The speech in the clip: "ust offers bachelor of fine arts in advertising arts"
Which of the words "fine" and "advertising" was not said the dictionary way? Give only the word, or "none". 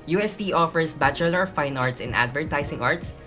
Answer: advertising